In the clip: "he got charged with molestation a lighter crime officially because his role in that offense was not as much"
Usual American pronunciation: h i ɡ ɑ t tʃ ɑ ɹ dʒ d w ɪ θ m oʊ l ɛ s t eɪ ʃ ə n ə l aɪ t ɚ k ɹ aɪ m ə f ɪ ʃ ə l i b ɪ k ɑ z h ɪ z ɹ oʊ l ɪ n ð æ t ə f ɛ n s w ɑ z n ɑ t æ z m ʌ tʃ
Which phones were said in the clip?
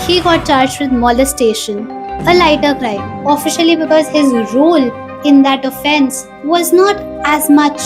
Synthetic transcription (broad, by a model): h i ɡ ɑ t tʃ ɑ ɹ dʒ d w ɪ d m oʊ l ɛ s t eɪ ʃ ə n ə l aɪ t ɚ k ɹ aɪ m ə f ɪ ʃ ə l i b ɪ k ɑ z h ɪ z ɹ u l ɪ n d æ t ə f ɛ n s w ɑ z n ɑ t æ z m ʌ tʃ